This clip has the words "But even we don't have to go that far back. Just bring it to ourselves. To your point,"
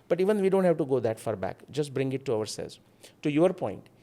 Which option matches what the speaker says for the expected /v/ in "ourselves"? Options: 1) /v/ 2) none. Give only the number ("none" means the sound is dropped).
2